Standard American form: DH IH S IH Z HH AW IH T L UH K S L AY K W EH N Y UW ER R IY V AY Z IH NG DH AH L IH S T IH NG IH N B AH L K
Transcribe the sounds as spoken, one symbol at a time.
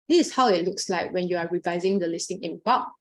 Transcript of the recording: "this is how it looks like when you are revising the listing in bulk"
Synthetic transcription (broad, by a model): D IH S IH S HH AW IH T L UH K S L AY K W EH N Y UW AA R IY V AY Z IH NG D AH L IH S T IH NG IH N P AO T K